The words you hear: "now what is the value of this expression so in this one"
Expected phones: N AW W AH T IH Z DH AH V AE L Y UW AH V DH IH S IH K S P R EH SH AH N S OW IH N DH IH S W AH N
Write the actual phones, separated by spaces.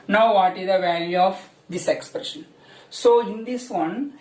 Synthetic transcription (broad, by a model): N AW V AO T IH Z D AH V AE L Y UW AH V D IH S IH K S P R EH SH AH N S OW IH N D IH S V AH N